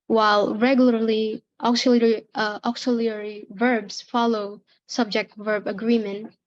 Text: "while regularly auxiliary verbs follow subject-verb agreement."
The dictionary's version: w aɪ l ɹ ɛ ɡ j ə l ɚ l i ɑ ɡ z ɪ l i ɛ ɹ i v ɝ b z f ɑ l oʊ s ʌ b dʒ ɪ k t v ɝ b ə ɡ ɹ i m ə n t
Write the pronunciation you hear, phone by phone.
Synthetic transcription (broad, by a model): w aɪ l ɹ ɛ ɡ j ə l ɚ l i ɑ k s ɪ l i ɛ ɹ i v ɝ b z f ɑ l oʊ s ʌ b dʒ ɪ k t v ɝ b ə ɡ ɹ i m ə n t